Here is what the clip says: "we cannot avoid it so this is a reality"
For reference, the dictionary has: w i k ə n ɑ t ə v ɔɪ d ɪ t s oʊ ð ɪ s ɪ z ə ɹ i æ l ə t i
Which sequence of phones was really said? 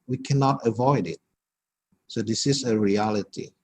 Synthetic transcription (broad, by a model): w i k ə n ɑ t ə v ɔɪ d ɪ t s oʊ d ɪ s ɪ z ə ɹ i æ l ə t i